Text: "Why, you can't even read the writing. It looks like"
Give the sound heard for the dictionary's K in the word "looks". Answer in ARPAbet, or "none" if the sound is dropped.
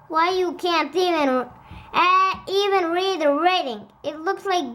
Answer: K